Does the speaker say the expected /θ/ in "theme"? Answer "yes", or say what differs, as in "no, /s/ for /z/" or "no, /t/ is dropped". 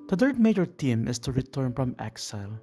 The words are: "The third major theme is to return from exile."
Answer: no, /t/ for /θ/